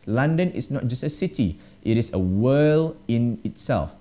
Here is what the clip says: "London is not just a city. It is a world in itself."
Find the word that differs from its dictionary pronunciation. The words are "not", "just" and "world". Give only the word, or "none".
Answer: world